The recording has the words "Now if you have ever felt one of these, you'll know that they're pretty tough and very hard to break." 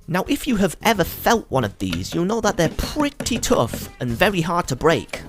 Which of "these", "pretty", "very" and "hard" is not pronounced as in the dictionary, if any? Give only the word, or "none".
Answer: none